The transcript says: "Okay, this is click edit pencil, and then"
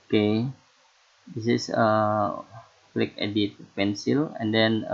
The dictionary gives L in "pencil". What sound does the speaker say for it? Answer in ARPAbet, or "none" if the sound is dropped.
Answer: L